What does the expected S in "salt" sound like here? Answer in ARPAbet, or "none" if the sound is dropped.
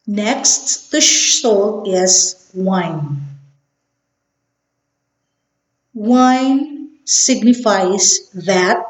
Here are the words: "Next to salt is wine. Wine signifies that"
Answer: SH